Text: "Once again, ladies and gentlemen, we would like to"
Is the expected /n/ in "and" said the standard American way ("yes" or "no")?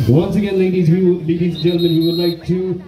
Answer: no